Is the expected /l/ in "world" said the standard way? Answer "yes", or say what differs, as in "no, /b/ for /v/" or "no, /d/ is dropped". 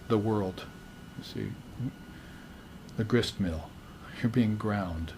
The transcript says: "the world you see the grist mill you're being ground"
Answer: yes